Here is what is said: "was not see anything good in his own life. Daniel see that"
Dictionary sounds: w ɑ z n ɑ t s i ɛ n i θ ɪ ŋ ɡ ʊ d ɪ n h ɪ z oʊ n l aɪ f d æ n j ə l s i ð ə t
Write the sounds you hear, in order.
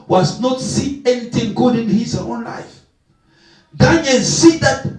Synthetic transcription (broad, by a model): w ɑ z n ɑ t s i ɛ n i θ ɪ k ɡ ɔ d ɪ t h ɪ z oʊ n l aɪ f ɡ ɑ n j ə n s i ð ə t